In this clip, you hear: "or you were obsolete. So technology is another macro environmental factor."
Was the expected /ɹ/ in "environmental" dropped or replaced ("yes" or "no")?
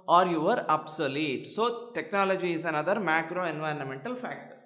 no